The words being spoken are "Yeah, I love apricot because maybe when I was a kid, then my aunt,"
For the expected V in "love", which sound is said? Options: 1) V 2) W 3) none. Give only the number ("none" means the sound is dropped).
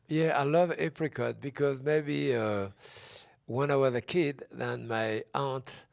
1